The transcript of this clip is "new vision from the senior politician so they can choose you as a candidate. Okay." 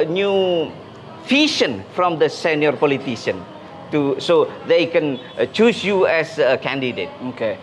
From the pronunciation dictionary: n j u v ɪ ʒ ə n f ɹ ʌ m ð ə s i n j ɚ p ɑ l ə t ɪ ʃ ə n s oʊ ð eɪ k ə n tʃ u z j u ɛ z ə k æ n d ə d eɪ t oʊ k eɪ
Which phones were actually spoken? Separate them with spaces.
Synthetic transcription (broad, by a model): n j u f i ʃ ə n f ɹ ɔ m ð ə s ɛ n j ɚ p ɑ l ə t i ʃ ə n s oʊ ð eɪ k ə n tʃ u s j u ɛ s ə k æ n d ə d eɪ t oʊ k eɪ